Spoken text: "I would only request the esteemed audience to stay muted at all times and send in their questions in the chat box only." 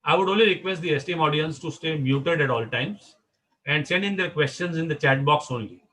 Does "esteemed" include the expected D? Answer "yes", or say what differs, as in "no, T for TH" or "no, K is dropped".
no, D is dropped